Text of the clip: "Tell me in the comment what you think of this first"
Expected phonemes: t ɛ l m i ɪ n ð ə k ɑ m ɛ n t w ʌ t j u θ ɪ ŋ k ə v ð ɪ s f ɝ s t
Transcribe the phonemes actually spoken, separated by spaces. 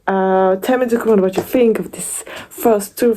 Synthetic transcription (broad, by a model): t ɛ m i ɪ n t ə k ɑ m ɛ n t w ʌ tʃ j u θ ɪ ŋ k ə v ð ɪ s f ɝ s t